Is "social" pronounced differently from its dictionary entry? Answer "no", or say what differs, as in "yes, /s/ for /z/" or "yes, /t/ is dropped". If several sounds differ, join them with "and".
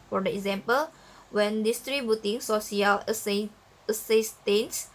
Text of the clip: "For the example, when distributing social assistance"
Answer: yes, /s/ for /ʃ/